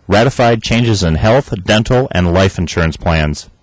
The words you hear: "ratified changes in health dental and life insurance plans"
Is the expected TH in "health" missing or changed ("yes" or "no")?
no